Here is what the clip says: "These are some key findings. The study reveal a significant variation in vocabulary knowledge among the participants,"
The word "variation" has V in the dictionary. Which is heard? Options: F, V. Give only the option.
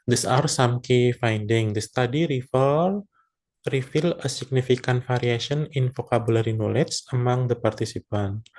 F